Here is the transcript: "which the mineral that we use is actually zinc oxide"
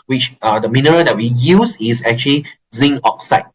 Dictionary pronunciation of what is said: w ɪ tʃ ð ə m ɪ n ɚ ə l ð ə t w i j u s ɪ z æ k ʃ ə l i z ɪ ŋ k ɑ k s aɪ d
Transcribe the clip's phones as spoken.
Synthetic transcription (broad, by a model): w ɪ tʃ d ə m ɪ n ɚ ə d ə t w i j u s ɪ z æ k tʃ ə l i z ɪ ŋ ɑ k s aɪ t